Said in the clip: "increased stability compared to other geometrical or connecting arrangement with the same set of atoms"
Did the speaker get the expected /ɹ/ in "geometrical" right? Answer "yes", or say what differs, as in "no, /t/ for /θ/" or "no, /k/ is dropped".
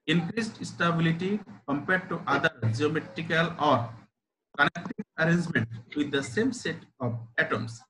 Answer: yes